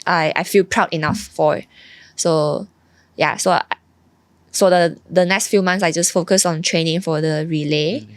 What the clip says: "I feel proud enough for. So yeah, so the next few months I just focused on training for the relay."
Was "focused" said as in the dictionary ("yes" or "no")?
no